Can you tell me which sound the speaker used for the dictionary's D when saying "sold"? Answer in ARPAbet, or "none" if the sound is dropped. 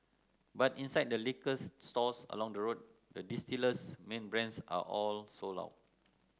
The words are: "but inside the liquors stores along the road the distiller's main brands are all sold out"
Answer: none